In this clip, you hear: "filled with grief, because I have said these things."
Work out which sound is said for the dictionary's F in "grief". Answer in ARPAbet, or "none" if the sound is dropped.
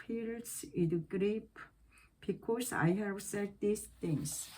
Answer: P